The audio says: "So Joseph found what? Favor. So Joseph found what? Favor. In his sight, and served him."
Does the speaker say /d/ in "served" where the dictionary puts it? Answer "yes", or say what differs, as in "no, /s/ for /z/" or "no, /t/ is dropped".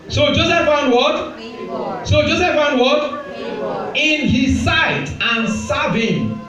no, /d/ is dropped